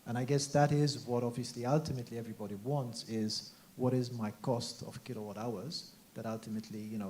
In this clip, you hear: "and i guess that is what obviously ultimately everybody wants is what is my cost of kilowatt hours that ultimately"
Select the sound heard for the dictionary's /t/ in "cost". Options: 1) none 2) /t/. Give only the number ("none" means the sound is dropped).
2